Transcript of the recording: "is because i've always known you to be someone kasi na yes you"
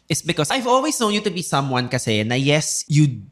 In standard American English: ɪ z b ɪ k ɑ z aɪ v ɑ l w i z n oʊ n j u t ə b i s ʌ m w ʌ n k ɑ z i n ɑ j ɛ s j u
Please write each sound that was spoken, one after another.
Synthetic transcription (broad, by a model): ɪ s b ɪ k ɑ s aɪ v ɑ l w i s n oʊ n j u t ə b i s ʌ m w ʌ n k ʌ s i n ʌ j ɛ s j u